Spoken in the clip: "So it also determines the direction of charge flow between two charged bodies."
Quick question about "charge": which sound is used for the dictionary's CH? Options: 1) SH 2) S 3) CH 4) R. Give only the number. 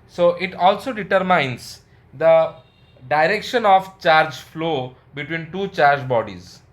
3